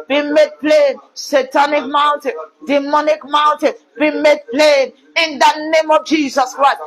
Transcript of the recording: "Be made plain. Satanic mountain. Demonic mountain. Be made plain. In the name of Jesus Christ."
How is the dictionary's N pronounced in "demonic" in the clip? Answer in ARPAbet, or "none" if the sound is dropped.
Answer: N